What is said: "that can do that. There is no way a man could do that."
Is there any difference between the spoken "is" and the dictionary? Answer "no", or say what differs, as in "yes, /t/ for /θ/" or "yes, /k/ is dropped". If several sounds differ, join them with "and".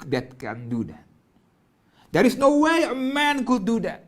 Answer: yes, /s/ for /z/